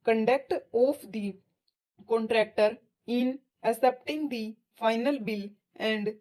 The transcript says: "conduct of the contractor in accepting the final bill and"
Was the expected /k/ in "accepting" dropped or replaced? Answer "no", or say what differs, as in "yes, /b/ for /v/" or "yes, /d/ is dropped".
yes, /k/ is dropped